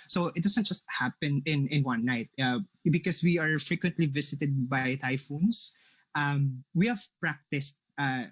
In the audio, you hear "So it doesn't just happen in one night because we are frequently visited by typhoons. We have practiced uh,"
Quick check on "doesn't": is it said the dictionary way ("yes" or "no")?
no